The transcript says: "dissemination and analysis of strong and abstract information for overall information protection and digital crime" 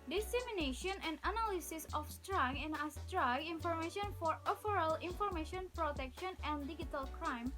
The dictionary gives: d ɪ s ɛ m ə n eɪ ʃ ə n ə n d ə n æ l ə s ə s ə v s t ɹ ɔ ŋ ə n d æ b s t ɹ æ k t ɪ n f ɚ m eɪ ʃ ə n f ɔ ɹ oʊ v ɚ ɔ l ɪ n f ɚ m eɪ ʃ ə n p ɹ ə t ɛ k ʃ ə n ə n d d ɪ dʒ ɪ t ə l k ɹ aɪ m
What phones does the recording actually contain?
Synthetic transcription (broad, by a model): d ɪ s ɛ m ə n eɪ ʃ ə n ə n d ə n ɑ l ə s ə s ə f s t ɹ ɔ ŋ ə n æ s t ɹ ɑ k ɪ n f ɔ m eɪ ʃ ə n f ɔ ɹ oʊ f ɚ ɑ l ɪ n f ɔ m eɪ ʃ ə n p ɹ ə t ɛ k ʃ ə n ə n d d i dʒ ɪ t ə l k ɹ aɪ m